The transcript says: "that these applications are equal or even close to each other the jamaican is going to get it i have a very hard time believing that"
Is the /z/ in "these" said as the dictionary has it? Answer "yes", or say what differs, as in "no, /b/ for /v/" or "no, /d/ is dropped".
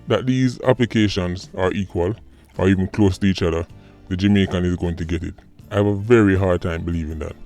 yes